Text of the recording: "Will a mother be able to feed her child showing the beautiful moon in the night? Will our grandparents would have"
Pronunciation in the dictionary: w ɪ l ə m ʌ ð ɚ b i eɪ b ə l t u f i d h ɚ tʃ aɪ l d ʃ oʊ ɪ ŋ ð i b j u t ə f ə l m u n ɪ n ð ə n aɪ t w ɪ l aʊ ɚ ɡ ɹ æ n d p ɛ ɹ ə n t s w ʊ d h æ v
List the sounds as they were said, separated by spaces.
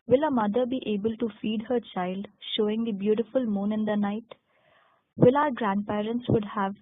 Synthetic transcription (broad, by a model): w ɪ l ə m ʌ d ɚ b i eɪ b ə l t u f i d h ɚ tʃ aɪ l d ʃ oʊ ɪ ŋ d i b j u t ə f ə l m u n ɪ n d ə n aɪ t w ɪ l aʊ ɚ ɡ ɹ æ n d p ɛ ɹ ə n t s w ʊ d h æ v